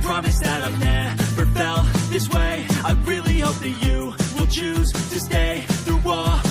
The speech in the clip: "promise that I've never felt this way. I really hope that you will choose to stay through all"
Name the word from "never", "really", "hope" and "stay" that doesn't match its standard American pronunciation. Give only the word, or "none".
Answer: never